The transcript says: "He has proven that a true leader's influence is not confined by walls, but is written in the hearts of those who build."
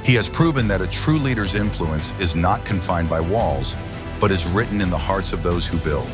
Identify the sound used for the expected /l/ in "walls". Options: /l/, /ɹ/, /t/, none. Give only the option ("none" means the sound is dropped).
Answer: /l/